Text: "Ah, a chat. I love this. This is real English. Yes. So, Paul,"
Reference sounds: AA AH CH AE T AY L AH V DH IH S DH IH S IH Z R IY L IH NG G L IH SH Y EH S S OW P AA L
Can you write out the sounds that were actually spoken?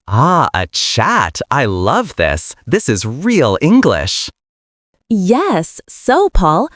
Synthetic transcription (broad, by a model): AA AH CH AE T AY L AH V DH IH S DH IH S IH Z R IY L IH NG G L IH SH Y EH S S OW P AA L